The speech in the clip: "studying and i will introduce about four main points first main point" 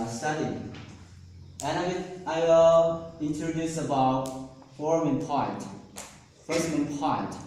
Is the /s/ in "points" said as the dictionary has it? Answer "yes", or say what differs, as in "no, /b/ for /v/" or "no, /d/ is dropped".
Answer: no, /s/ is dropped